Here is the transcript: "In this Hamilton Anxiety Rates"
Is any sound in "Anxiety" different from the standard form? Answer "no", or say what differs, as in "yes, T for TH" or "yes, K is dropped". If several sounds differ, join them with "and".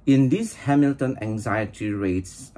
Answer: no